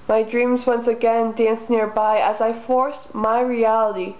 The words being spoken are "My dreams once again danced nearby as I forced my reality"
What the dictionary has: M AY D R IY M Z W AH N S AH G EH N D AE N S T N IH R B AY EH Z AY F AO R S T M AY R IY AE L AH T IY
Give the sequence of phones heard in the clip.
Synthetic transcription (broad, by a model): M AY D R IY M Z W AH N S AH G EH N D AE N S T N IH R B AY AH Z AY F AO R S M AY R IY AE L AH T IY